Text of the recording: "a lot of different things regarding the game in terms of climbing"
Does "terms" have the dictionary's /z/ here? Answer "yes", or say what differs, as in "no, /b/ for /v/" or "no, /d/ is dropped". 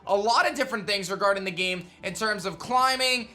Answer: yes